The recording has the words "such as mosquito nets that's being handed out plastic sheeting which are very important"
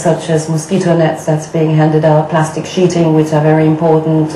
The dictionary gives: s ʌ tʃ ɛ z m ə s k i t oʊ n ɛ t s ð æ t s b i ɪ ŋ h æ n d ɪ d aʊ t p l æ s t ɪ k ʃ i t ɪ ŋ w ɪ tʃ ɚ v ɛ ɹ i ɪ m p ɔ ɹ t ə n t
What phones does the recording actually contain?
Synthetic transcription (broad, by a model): s ʌ tʃ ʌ z m ə s k i t oʊ n ɛ t s ð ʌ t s b i ɪ ŋ h æ n d ɪ d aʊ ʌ p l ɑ s t ɪ k ʃ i t ɪ ŋ w ɪ tʃ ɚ v ɛ ɹ i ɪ m p ɔ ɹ t n t